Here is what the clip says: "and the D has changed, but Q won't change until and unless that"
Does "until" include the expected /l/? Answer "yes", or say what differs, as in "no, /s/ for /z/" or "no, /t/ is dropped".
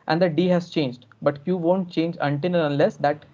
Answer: no, /n/ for /l/